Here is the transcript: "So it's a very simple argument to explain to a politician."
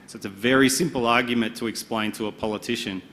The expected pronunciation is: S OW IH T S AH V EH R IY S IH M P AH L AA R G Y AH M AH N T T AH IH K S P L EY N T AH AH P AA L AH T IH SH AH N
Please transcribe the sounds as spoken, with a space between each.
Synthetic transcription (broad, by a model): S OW IH T S AH V EH R IY S IH M P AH L AA R G Y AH M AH N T T AH IH K S P L EY N T AH AH P AA L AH T IH SH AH N